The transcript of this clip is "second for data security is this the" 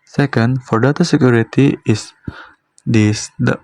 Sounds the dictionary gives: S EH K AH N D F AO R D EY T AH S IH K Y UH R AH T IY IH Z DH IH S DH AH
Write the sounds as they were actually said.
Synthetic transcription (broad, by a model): S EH K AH N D F AO R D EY T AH S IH K Y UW R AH T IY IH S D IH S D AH